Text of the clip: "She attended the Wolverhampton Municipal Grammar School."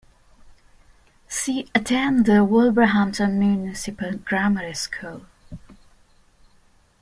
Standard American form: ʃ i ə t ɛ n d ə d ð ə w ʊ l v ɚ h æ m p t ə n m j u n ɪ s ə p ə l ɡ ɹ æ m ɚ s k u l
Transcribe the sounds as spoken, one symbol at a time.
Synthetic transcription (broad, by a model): s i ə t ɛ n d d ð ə w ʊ l b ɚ h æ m t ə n m j u n ɪ s ə p ə l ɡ ɹ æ m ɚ s k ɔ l